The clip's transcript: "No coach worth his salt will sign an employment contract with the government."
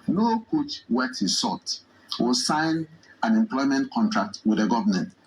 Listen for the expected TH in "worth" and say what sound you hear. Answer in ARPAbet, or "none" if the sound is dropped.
T